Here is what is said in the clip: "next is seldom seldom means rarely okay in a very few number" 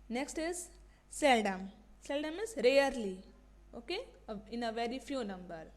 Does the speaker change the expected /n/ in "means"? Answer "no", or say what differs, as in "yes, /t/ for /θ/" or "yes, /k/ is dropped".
yes, /n/ is dropped